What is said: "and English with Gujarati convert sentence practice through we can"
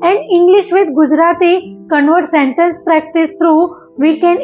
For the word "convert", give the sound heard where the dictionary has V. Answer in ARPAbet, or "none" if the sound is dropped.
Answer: V